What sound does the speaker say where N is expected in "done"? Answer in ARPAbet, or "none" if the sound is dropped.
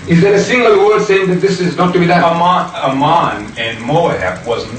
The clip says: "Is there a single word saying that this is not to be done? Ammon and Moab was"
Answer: none